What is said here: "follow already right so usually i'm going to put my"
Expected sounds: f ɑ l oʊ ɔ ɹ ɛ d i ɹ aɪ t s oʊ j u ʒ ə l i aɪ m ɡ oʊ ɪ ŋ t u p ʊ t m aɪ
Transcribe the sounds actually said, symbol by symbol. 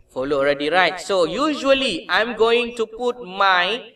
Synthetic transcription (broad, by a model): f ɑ l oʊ ɔ ɹ ɛ d i ɹ aɪ t s oʊ j u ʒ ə l i aɪ m ɡ oʊ ɪ ŋ t u p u t m aɪ